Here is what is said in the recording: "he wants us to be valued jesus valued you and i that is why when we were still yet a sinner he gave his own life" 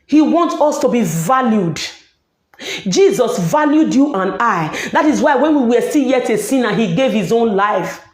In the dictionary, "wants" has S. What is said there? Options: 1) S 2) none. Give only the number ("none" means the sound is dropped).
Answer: 2